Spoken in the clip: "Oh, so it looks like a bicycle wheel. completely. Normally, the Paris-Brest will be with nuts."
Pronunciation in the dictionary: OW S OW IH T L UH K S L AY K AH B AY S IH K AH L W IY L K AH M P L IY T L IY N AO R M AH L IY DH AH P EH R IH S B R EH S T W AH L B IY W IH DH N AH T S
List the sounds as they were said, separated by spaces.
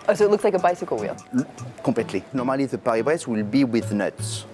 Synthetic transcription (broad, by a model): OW S OW IH T L UH K S L AY K AH B AY S IH K AH L W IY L K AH P L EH T L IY N AO R M AH L IY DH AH P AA R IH B R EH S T W AH L B IY W IH DH N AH T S